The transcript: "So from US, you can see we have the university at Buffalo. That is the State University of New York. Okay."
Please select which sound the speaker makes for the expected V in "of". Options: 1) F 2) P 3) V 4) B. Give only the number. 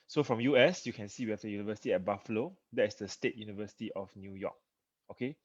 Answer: 1